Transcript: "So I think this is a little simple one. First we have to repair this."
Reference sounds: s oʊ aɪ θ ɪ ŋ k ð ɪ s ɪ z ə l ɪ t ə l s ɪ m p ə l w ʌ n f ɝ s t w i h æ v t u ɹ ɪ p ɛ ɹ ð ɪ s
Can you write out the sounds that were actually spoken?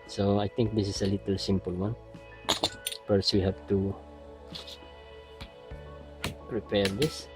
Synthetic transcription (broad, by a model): s oʊ aɪ t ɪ ŋ k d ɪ s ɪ s ə l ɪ t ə l s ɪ m p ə l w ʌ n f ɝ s w i h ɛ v t u ɹ ɪ p ɛ ɹ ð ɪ s